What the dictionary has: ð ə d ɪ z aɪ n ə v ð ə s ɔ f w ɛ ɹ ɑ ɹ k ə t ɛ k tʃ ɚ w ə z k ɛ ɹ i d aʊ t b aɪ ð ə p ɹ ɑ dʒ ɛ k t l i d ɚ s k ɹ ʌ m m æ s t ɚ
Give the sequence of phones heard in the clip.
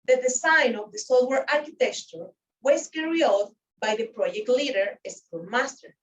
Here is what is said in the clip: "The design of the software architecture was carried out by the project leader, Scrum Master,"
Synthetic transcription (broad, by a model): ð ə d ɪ s aɪ n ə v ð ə s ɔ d w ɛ ɹ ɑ ɹ k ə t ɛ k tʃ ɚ w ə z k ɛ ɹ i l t b aɪ ð ə p ɹ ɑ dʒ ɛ k t l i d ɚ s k u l m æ s t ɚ